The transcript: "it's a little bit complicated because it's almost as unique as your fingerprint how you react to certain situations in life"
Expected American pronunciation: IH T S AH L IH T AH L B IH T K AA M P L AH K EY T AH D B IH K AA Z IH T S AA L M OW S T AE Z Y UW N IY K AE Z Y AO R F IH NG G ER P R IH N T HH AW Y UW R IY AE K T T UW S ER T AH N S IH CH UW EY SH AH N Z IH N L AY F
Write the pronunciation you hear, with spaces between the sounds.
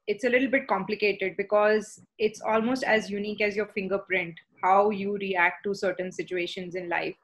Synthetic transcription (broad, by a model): IH T S AH L IH T L B IH T K AA M P L AH K EY T AH D B IH K AA Z IH T S AA L M OW S T AE Z Y UW N IY K AE Z Y AO R F IH NG G ER P R IH N T HH AW Y UW R IY AE K T T UW S ER T AH N S IH CH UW EY SH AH N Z IH N L AY F